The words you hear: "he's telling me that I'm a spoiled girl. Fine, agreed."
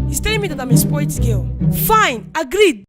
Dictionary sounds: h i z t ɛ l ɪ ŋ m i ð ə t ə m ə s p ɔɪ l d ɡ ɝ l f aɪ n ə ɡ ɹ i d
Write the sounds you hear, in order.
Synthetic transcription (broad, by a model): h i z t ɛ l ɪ m i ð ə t ə m ə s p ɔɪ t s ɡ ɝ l f aɪ n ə ɡ ɹ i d